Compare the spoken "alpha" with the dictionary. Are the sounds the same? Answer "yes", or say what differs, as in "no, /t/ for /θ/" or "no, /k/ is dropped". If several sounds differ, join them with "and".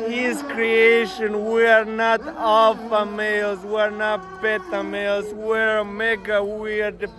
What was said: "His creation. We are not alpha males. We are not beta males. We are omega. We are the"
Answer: no, /l/ is dropped